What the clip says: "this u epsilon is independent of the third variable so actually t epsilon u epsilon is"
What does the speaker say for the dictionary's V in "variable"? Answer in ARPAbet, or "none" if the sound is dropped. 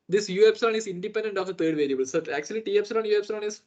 V